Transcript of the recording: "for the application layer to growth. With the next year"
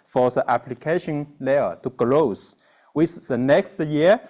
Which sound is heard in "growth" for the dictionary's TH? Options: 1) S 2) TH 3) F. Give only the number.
1